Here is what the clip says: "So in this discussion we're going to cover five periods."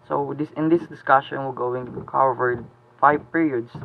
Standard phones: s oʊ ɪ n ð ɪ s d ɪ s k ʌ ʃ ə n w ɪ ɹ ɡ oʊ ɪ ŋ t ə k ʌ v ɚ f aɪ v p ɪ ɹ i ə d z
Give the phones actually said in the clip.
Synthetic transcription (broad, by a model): s oʊ ɪ n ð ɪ s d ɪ s k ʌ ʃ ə n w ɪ l ɡ oʊ ɪ ŋ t k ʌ v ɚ f aɪ v p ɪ ɹ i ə d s